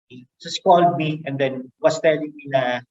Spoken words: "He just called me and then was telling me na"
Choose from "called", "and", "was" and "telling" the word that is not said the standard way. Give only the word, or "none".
was